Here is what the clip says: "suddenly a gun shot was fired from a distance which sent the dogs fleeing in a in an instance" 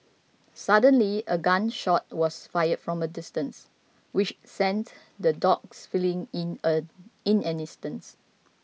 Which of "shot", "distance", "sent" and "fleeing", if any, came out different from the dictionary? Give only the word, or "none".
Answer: fleeing